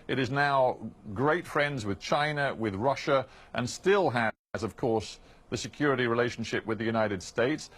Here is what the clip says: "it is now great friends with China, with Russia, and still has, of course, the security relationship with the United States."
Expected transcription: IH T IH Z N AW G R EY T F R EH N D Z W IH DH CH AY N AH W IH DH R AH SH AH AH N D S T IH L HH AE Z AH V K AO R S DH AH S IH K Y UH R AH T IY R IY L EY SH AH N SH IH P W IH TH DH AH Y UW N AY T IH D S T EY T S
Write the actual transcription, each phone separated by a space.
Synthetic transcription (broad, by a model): IH T IH Z N AW G R EY T F R EH N D Z W IH DH CH AY N AH W IH DH R AH SH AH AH N S T IH L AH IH Z AH V K AO R S DH AH S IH K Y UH R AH T IY R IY L EY SH N SH IH P W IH DH AH Y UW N AY T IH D S T EY T S